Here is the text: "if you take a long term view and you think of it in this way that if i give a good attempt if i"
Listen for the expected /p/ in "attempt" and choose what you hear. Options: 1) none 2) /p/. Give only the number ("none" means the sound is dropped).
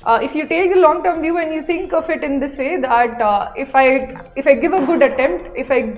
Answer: 2